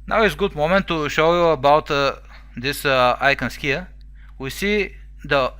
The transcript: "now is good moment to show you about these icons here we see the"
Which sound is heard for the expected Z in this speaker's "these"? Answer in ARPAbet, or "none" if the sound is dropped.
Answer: S